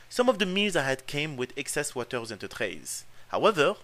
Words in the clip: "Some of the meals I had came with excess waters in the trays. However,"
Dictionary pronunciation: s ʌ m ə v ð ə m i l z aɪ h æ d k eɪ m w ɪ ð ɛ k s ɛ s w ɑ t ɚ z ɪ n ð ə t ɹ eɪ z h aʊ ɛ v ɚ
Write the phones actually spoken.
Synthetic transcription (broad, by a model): s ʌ m ə v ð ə m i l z aɪ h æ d k eɪ m w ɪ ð ɛ k s ɛ s w ɑ t ɚ z ɪ n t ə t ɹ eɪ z h aʊ ɛ v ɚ